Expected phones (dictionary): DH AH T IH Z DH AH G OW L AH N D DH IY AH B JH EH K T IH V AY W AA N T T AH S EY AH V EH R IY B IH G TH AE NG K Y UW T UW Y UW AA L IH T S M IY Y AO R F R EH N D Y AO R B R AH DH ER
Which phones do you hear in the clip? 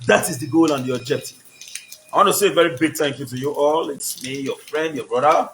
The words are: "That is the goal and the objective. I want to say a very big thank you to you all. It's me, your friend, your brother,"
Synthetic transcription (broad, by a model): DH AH T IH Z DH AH G OW L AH N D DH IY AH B JH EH K T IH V AY W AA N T T AH S EY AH V EH R IY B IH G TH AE NG K Y UW T UW Y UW AA L IH T S M IY Y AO F R EH N D Y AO B R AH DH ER